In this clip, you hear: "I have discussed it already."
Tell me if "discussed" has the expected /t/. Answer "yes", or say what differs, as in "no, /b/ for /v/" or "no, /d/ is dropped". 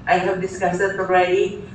no, /t/ is dropped